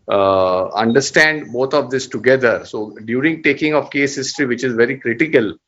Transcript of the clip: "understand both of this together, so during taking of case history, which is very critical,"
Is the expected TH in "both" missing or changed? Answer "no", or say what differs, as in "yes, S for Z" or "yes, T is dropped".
yes, T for TH